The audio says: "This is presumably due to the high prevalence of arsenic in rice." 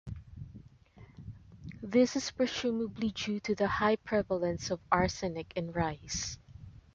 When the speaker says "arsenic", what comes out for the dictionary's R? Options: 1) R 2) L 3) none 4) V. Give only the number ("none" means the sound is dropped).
1